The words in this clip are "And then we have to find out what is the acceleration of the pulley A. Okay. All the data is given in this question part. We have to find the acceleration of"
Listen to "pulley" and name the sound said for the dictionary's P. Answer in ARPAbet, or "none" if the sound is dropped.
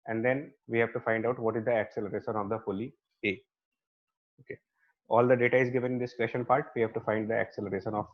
F